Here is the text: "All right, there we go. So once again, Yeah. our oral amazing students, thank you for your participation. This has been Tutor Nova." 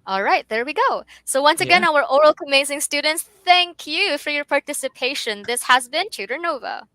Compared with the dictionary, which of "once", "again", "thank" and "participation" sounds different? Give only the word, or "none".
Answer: none